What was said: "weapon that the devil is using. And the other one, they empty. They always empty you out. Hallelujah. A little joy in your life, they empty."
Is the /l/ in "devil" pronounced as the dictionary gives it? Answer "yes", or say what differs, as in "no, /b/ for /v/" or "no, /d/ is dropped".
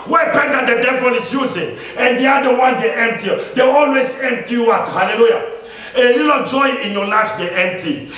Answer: no, /n/ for /l/